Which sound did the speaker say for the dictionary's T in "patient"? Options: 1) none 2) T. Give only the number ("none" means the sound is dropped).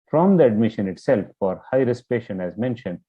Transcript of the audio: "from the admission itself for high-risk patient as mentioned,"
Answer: 1